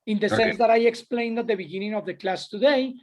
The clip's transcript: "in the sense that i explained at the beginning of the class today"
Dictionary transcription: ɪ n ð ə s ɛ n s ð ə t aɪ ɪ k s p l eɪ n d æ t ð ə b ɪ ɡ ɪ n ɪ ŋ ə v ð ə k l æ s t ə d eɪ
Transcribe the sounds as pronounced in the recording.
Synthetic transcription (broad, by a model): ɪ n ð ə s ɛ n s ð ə t aɪ ɪ k s p l eɪ n d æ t ð ə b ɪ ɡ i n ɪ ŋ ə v ð ə k l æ s t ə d eɪ